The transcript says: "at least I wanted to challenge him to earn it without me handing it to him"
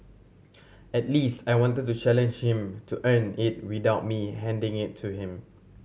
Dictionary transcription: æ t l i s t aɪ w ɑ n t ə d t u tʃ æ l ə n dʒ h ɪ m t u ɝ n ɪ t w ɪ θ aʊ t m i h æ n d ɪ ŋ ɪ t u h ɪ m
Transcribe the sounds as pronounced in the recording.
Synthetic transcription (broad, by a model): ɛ t l i s t aɪ w ɑ n t ə d t u tʃ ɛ l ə n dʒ h ɪ m t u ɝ n ɪ t w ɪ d aʊ t m i h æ n d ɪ ŋ ɪ t u h ɪ m